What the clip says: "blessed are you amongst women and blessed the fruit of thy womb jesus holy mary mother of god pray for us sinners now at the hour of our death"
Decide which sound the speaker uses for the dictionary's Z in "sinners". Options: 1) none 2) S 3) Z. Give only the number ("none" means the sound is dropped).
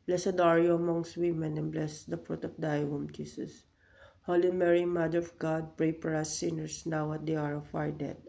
2